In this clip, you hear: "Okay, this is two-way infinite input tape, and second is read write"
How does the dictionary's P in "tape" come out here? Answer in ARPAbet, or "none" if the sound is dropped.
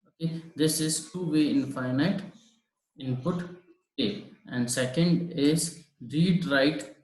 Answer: none